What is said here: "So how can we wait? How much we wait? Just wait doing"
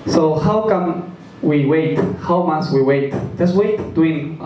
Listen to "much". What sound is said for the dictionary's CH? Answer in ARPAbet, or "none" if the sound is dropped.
S